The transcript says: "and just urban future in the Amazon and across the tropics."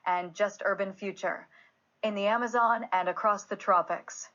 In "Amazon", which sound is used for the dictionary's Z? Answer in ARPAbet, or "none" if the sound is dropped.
Z